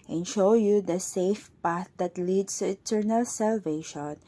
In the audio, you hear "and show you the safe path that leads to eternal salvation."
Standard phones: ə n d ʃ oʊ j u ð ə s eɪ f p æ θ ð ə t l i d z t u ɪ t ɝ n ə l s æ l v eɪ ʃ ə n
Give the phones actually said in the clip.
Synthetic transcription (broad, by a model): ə n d ʃ oʊ j u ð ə s eɪ f p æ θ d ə t l i d s t u ɪ t ɝ n ə l s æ l v eɪ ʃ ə n